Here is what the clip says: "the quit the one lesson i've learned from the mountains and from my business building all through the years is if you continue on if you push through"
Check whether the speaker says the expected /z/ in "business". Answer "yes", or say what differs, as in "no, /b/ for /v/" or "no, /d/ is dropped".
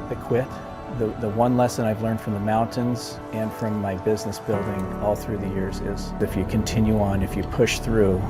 yes